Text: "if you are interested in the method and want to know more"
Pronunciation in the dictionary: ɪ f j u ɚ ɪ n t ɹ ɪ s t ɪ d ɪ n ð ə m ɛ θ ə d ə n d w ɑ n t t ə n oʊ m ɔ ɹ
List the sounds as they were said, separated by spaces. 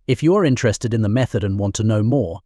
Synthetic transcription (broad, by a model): ɪ f j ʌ ɚ ɪ n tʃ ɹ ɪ s t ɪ d ɪ n ð ə m ɛ θ ə d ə n w ɑ n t t ə n oʊ m ɔ ɹ